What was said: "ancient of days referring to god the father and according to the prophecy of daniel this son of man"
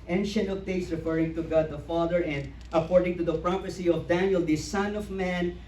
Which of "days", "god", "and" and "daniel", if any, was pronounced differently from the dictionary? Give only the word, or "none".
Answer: days